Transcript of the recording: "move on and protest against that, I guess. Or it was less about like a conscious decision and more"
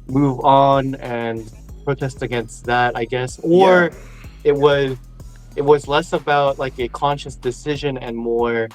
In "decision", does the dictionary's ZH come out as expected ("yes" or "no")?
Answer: yes